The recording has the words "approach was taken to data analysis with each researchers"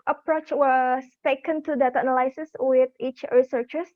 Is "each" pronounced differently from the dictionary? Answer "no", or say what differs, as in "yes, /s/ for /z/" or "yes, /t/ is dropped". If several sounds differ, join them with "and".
no